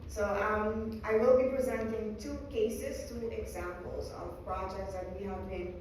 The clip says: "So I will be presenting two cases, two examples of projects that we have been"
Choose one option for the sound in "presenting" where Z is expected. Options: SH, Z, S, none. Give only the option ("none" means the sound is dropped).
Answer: Z